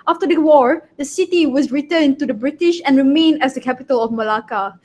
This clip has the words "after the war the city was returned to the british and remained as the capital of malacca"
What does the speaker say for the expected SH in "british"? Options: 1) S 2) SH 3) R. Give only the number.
2